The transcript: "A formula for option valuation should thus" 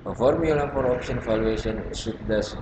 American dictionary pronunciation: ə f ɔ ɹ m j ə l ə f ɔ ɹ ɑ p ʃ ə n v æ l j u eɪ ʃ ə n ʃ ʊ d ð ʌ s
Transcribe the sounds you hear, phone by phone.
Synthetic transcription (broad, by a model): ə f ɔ ɹ m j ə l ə p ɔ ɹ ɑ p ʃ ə n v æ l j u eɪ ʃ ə n s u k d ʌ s